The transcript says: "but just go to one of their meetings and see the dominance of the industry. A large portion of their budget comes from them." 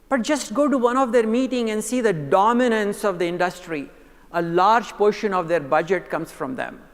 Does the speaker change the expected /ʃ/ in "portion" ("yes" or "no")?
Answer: no